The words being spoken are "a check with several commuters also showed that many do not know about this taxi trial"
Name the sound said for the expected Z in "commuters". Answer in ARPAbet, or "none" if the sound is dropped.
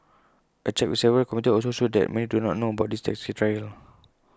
none